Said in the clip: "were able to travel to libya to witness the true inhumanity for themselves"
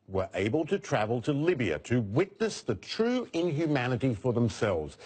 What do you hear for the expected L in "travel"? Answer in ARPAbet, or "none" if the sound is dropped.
L